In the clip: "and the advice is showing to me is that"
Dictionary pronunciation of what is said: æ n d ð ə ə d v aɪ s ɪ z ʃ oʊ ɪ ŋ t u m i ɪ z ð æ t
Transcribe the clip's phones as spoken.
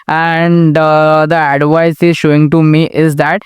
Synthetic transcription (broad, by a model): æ n d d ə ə d v aɪ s ɪ z ʃ oʊ ɪ ŋ t u m i ɪ z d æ t